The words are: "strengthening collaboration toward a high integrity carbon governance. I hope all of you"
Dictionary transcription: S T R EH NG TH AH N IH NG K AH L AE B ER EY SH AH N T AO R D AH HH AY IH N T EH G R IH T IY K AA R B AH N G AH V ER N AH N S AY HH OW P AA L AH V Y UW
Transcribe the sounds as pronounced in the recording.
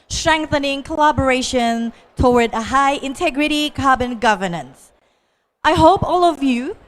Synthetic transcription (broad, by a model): S T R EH NG TH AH N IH NG K AH L AE B ER EY SH AH N T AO W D AH HH AY IH N T EH G R IH T IY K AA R B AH N G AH V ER N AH N S AY HH OW P AA L AH V Y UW